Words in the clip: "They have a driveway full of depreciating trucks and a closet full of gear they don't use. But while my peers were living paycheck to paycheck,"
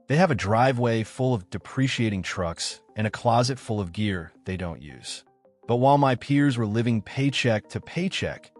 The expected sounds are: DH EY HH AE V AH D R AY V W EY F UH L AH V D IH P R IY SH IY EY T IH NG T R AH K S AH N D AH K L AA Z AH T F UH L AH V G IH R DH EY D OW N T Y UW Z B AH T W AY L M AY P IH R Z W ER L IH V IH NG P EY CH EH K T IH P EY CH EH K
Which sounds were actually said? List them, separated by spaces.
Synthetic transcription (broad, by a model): DH EY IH V AH D R AY V W EY F UH L AH V D IH P R IY SH IY EY T IH NG T R AH K S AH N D AH K L AA Z AH T F UH L AH V G IH R DH EY D OW N T Y UW Z B AH T W AY L M AY P IH R Z W ER L IH V IH NG P EY CH EH K T IH P EY CH EH K